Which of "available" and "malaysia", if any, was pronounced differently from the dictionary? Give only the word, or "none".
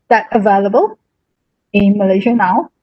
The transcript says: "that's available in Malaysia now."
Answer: none